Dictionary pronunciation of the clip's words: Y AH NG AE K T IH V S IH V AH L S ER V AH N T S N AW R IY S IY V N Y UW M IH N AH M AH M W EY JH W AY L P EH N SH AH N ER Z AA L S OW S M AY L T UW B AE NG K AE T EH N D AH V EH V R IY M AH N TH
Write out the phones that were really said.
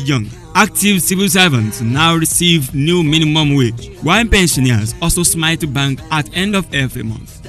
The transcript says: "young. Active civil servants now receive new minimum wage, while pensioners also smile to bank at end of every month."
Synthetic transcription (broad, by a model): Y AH NG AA K T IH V S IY V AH L S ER V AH N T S N AW R IY S IY V N Y UW M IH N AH M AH M W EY W AY N P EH N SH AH N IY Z AA L S OW S M AY L T UW B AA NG K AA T EH N D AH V EH V R IY M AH N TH